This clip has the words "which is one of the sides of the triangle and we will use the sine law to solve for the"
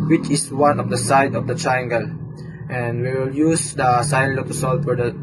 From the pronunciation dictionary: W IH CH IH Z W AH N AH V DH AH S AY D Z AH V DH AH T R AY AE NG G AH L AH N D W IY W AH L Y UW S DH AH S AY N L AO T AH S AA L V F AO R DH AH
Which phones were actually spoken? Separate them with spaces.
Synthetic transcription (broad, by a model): W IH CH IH S W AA N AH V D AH S AY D AH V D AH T R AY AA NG G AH L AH N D W IY W AH L Y UW S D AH S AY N L AO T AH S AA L F AO R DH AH